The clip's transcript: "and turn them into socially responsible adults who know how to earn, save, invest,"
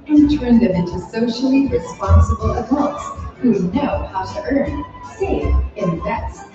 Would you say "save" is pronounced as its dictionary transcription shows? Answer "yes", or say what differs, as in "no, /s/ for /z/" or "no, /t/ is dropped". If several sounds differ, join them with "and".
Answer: no, /v/ is dropped